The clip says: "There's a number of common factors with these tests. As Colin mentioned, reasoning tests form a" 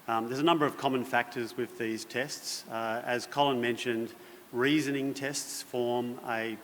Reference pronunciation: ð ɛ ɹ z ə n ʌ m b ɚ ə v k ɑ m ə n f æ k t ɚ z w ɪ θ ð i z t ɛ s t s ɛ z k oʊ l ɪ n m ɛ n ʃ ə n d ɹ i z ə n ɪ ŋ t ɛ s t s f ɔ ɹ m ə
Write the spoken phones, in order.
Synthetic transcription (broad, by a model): ð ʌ ɹ z ə n ʌ m b ɚ ə v k ɑ m ə n f æ k t ɚ z w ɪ ð i z t ɛ s t s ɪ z k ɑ l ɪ n m ɛ n ʃ ə n d ɹ i z ə n ɪ ŋ t ɛ s t s f ɔ ɹ m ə